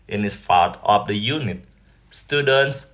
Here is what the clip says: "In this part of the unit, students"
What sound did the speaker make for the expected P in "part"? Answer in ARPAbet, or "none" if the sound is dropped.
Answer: F